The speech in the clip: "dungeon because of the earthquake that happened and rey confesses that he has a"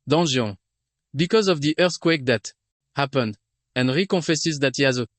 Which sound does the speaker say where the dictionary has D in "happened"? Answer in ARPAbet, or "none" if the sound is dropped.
D